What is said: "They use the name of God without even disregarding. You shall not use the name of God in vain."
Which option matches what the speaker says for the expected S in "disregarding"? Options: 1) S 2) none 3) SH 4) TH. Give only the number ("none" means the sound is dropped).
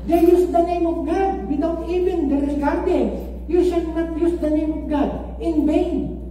2